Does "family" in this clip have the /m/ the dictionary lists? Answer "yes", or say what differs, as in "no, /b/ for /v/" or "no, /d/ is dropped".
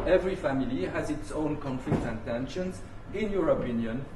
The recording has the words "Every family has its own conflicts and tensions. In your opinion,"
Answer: yes